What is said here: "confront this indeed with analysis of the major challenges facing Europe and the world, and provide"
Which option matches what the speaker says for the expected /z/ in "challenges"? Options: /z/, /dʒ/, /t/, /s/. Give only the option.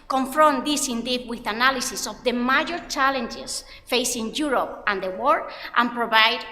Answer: /s/